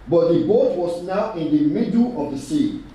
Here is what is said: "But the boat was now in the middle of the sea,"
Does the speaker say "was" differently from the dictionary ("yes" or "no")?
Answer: yes